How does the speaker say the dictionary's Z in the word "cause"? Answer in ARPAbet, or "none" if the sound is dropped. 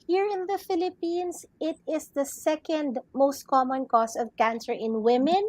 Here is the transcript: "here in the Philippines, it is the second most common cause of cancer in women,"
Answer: S